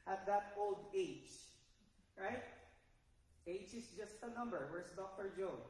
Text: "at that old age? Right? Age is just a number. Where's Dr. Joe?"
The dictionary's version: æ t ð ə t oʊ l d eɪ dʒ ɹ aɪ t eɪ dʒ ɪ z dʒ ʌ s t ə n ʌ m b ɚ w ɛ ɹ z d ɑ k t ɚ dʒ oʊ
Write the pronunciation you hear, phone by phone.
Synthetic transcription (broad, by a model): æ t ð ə t oʊ l d eɪ dʒ ɹ aɪ t eɪ dʒ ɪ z dʒ ʌ s t ə n ʌ m b ɚ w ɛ ɹ s d ɑ k t ɚ dʒ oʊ